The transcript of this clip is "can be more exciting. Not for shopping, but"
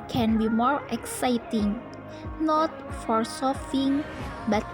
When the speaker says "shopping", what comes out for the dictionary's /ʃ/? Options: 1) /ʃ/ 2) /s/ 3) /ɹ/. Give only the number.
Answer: 2